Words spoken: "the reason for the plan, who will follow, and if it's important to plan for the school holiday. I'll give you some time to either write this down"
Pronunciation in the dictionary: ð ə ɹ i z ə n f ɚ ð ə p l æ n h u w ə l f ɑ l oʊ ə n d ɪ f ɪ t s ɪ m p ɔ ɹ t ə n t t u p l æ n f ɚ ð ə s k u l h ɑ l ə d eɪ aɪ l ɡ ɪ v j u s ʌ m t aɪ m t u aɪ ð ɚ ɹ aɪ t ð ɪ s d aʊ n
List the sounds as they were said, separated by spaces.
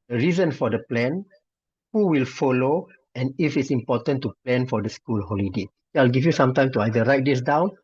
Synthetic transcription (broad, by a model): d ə ɹ i z ə n f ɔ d ə p l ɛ n h u w ə l f ɑ l oʊ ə n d ɪ f ɪ t s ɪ m p ɔ t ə n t t u p l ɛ n f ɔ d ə s k u l h ɑ l ə d eɪ aɪ l ɡ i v j u s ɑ m t aɪ m t u aɪ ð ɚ ɹ aɪ t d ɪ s d aʊ n